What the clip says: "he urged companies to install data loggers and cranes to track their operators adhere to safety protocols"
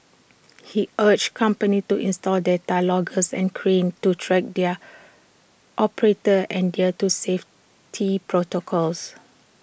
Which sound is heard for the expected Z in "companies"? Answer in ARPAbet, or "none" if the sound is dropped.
none